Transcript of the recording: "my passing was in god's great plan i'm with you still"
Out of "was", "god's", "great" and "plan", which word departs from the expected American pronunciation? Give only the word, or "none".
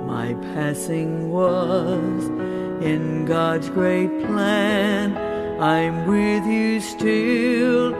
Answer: none